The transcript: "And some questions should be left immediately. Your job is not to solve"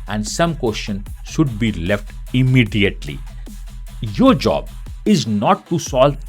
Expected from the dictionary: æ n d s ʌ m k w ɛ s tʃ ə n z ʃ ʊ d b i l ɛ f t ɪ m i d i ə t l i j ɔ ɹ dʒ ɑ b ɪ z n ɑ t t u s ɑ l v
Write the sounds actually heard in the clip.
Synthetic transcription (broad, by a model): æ n d s ʌ m k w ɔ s ʃ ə n ʃ ʊ d b i l ɛ f t ɪ m i d i ə t l i j ɔ ɹ dʒ ɑ b ɪ z n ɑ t t u s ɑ l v